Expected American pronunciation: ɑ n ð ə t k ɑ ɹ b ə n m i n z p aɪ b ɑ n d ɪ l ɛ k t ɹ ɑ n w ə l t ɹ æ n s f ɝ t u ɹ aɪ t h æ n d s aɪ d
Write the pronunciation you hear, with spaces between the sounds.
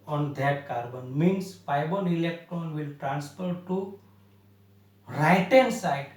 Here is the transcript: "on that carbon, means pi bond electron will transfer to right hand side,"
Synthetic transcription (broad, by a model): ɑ n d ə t k ɑ ɹ b ə n m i n s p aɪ b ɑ n ɪ l ɛ k t ɹ ɑ n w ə l t ɹ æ n s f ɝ t u ɹ aɪ t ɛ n s aɪ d